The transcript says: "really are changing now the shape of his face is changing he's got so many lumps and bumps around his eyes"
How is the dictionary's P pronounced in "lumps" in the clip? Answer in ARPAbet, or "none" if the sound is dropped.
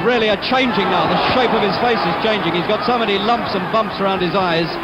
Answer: P